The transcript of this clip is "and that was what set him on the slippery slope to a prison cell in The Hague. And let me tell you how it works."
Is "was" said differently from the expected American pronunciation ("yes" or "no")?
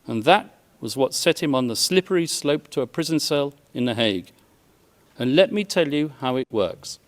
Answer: no